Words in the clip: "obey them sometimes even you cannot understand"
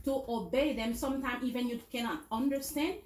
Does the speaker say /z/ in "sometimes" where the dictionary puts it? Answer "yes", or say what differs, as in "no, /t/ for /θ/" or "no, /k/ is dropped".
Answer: no, /z/ is dropped